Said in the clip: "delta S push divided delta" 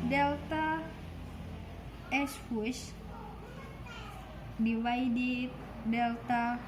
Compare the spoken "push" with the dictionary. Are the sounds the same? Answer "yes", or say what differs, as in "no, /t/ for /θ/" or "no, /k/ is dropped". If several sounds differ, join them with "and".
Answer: no, /f/ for /p/